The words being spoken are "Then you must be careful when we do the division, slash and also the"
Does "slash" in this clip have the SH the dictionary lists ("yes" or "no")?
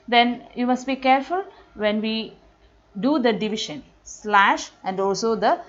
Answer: yes